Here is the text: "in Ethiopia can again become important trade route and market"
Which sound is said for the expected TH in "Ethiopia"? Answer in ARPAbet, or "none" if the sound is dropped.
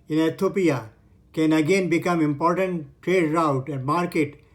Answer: T